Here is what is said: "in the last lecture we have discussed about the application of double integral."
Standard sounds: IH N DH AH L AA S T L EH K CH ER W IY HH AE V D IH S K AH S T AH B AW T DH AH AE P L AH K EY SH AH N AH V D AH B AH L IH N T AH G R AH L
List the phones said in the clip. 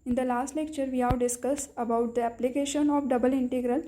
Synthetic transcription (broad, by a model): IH N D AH L AA S T L EH K CH ER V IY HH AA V D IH S K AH S AH B AW T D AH AE P L AH K EY SH AH N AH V D AH B AH L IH N T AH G R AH L